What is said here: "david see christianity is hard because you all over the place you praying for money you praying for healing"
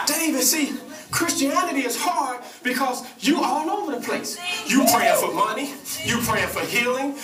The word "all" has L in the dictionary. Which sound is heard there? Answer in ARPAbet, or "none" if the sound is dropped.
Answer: N